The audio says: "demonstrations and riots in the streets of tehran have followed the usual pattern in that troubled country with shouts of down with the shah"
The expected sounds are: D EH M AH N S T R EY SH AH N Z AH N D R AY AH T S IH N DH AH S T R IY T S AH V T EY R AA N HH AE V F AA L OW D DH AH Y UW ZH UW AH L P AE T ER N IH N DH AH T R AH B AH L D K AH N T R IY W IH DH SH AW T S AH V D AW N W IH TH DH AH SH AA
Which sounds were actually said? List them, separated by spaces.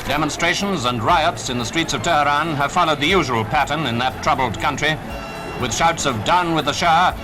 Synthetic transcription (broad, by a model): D EH M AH N S T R EY SH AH N Z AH N R AY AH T S IH N DH AH S T R IY T S AH V T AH R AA N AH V F AA L OW D DH AH Y UW ZH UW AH L P AE T ER N IH N DH AH T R AH B L D K AH N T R IY W IH DH SH AW T S AH V D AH N W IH DH AH SH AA